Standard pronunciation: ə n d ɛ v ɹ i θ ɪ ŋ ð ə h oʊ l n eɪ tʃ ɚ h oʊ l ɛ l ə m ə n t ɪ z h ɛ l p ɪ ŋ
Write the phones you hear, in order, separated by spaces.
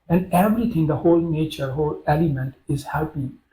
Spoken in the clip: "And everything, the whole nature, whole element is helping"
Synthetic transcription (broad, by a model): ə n d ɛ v ɹ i t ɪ ŋ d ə h oʊ l n eɪ tʃ ɚ h oʊ l ɛ l ə m ə n t ɪ z h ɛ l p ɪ